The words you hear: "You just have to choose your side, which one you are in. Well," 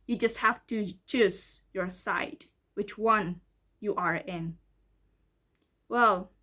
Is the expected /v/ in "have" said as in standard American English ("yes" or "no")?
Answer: no